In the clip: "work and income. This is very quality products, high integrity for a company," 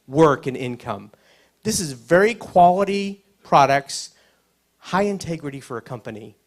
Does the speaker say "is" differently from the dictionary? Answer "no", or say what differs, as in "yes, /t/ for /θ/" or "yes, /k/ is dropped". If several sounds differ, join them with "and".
no